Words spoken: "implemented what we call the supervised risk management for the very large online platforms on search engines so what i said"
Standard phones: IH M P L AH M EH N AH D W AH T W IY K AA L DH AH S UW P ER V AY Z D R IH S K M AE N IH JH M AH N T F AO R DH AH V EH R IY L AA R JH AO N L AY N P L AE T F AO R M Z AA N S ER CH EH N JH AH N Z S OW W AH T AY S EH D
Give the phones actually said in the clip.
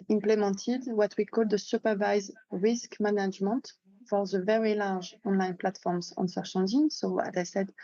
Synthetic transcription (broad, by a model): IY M P L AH M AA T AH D W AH T W IY K AA L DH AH S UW P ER V AY Z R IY S K M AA N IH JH M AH N T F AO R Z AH V EH R IY L AA R ZH AO N L AY N P L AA T F AO R M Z AA N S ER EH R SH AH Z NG S OW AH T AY S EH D